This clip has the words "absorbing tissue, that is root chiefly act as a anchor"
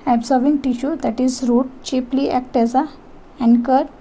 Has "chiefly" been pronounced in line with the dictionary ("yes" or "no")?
no